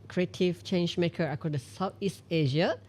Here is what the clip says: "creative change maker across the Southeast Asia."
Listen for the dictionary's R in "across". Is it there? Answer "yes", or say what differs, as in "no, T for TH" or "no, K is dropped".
no, R is dropped